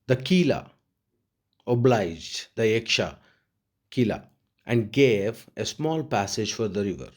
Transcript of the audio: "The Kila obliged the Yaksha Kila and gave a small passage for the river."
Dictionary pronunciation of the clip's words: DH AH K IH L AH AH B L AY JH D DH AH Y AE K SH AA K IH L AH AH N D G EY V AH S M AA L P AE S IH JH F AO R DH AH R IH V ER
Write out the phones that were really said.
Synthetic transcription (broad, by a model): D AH K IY L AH AH B L AY JH D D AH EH K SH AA K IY L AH AH N D G EY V AH S M AA L P AE S IH JH F AO R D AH R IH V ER